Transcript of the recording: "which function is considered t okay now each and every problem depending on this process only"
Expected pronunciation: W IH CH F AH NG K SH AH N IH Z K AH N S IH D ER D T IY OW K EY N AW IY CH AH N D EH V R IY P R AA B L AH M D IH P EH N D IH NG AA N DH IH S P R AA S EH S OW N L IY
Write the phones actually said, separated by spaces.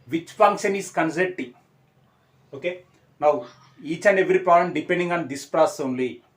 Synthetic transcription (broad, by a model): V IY CH F AH NG K SH AH N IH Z K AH N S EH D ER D T IY OW K EY N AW IY CH AH N D EH V R IY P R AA L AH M D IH P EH N D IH NG AA N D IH S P R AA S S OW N L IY